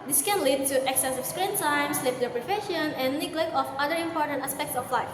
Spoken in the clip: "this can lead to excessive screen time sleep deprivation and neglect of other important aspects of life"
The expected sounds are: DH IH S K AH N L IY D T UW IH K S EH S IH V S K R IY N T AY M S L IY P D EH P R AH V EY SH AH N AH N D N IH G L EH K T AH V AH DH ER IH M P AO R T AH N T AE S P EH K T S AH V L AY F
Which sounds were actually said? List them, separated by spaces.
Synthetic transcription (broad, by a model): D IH S K AH N L IY D T UW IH K S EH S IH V S K R IY N T AY M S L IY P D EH P R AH F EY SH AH N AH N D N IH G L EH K AH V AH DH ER IH M P AO R T AH N T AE S P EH K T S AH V L AY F